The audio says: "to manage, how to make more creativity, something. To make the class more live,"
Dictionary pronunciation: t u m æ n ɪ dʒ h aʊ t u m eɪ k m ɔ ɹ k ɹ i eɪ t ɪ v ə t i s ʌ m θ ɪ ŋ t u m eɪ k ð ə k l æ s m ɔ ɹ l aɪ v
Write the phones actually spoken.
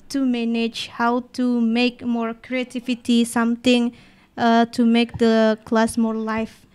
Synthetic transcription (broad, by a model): t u m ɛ n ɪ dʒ h aʊ t u m eɪ k m ɔ ɹ k ɹ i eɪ t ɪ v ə t i s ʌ m t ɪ ŋ t u m eɪ k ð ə k l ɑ s m ɔ ɹ l aɪ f